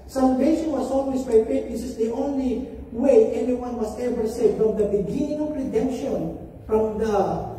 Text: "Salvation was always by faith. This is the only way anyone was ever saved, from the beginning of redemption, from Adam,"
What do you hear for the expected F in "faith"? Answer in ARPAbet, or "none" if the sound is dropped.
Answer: P